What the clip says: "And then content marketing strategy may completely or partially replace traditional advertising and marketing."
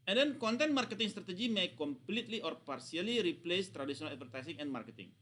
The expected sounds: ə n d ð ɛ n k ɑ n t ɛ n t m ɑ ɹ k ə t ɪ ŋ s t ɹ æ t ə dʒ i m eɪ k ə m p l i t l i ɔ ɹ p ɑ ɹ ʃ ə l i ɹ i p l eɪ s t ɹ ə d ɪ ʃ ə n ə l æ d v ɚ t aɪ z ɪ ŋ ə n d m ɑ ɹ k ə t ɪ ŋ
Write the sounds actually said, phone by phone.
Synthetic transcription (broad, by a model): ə n d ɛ n k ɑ n t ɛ n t m ɑ ɹ k ə t ɪ ŋ s t ɹ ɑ t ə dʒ i m eɪ k ə m p l i t l i ɔ ɹ p ɑ ɹ s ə l i ɹ i p l eɪ s t ɹ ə d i s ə n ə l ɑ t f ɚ t aɪ s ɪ ŋ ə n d m ɑ ɹ k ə t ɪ ŋ